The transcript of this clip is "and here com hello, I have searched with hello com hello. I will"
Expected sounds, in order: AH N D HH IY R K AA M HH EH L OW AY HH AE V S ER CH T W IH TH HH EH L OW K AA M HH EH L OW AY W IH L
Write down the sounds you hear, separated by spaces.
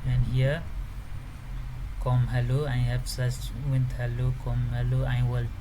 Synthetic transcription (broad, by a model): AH N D HH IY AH K AA M HH EH L OW AY HH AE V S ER S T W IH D HH EH L OW K AA M HH EH L OW AY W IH L